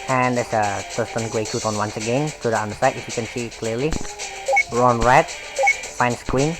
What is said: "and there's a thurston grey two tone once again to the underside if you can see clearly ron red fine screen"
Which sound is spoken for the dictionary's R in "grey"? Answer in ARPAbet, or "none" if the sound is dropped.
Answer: W